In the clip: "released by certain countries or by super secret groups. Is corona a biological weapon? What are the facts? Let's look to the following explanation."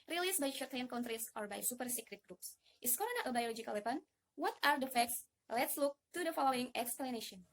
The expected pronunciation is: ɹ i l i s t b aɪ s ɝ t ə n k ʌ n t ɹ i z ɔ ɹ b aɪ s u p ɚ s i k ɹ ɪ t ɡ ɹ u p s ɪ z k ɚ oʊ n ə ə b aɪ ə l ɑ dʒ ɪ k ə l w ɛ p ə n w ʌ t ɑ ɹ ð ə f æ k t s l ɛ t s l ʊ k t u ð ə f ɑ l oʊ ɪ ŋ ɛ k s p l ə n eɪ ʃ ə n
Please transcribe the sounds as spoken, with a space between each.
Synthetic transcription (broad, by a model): ɹ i l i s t b aɪ ʃ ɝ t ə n k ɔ n t ɹ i s ɔ ɹ b aɪ s u p ɚ s i k ɹ ɪ t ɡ ɹ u p s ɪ s k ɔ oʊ n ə ə b aɪ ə l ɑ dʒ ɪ k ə l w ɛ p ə n w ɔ t ɑ ɹ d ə f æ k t s l ɛ t s l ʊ k t u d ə f ɑ l oʊ ɪ ŋ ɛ k s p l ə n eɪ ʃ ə n